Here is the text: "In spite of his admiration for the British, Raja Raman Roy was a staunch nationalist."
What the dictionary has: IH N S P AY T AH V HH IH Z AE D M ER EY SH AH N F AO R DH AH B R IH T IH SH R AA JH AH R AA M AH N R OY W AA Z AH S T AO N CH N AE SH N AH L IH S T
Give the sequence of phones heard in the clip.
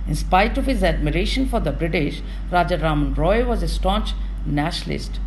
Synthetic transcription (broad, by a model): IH N S P AY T AH V HH IH Z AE D M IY EY SH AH N F AO R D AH B R IH T IH SH R AA JH AH R AA M AH N R OY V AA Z AH S T AO N CH N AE SH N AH L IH S T